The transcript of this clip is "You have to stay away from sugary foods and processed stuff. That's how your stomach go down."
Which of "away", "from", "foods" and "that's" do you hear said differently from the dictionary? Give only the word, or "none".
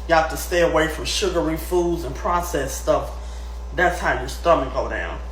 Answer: none